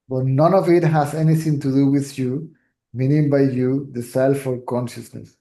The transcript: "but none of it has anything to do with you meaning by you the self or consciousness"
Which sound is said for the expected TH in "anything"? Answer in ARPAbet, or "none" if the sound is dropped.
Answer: T